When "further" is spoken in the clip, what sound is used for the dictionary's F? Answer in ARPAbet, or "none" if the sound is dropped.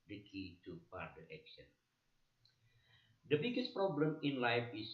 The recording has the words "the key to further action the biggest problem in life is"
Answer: P